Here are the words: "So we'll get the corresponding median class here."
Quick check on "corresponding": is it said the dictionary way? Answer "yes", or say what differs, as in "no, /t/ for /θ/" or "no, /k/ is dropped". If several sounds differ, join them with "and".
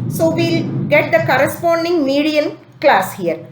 yes